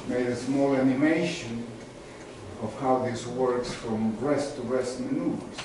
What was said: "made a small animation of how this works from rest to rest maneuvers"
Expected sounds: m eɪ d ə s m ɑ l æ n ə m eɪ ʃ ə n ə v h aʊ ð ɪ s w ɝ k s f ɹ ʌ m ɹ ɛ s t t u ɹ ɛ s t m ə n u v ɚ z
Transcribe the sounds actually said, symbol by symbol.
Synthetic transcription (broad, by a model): m eɪ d ə s m ɑ l æ n ə m eɪ ʃ ə n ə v h aʊ ð ɪ s w ɝ k s f ɹ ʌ m ɹ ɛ s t t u ɹ ɛ s t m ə n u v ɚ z